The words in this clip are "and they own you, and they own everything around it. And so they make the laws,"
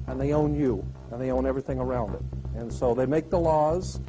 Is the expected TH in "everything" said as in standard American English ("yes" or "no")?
yes